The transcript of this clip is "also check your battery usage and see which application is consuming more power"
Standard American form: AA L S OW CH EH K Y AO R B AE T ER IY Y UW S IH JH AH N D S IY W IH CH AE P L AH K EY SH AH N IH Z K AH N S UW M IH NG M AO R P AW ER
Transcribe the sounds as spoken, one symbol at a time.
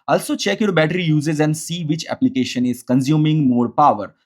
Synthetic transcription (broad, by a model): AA L S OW CH EH K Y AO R B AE T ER IY Y UW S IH Z AH N D S IY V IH CH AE P L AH K EY SH AH N IH Z K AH N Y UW M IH NG M AO R P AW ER